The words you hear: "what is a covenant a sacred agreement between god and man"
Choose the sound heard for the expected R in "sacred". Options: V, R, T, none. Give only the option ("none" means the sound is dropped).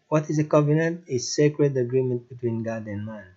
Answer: R